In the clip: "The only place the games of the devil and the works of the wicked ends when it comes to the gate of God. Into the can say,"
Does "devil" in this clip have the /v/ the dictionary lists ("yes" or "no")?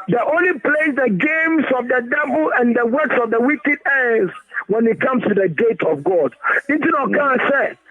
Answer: no